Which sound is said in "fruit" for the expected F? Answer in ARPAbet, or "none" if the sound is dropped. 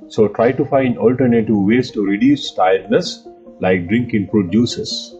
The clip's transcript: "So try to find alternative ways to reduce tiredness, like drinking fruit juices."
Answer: P